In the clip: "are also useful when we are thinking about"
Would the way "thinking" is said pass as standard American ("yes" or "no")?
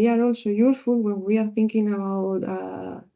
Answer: yes